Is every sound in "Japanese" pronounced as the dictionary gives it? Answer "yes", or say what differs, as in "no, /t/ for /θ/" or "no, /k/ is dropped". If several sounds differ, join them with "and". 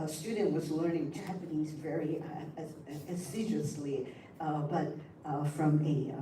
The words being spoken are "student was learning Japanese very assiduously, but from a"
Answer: yes